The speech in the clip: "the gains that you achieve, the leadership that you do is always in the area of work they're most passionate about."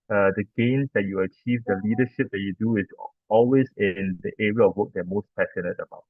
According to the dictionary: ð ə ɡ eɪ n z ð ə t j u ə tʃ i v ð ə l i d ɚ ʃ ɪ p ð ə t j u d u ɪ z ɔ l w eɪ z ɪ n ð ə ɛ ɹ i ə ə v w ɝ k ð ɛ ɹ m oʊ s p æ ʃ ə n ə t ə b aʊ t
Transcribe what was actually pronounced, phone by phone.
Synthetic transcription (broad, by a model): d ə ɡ eɪ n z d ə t j u ə tʃ i v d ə l i d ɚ ʃ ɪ p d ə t j u d u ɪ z ɔ l w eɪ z ɪ n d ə ɛ ɹ i ə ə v w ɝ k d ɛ m oʊ s p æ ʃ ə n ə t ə b aʊ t